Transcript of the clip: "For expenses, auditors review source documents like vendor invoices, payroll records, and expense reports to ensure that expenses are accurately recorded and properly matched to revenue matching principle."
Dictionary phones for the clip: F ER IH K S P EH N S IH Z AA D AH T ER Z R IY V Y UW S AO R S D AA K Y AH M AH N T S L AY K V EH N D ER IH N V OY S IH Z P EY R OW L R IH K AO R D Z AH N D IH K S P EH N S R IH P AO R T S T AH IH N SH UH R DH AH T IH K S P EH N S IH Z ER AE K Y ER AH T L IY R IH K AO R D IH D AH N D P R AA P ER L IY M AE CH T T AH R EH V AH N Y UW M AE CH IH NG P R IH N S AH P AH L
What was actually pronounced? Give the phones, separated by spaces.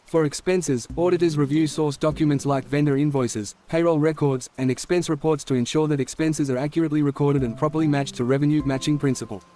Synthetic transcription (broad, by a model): F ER IH K S P EH N S IH Z AA D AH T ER Z R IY V Y UW S AO R S D AA K Y AH M AH N T S L AY K V EH N D ER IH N V OY S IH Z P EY R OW L R IH K AO R D Z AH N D IH K S P EH N S R IH P AO R T S T AH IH N SH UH R DH AH T IH K S P EH N S IH Z ER AE K Y ER AH T L IY R IH K AO R D IH D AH N P R AA P ER L IY M AE CH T T AH R EH V AH N Y UW M AE CH IH NG P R IH N S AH P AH L